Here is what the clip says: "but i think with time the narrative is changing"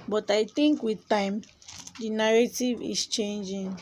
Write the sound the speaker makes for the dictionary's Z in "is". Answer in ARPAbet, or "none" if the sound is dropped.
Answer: S